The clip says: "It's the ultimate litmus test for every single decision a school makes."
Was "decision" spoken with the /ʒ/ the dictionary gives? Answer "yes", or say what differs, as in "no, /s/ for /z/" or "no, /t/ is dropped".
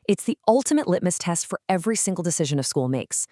yes